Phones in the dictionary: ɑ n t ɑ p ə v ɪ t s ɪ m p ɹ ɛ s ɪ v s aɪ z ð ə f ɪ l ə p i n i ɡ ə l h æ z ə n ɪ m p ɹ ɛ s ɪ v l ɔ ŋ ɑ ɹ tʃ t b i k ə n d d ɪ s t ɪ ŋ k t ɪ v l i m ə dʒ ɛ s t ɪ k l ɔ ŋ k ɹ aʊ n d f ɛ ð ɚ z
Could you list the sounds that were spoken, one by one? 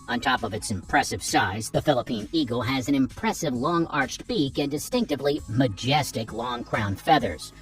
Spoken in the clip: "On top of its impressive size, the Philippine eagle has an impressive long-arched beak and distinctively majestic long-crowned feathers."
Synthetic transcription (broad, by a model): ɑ n t ɑ p ə v ɪ t s ɪ m p ɹ ɛ s ɪ v s aɪ z ð ə f ɪ l ə p i n i ɡ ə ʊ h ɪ z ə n ɪ m p ɹ ɛ s ɪ v l ɔ ŋ ɑ ɹ tʃ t b i k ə n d d ɪ s t ɪ ŋ k t ɪ v l i m ə dʒ ɛ s t ɪ k l ɔ ŋ k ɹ aʊ n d f ɛ ð ɚ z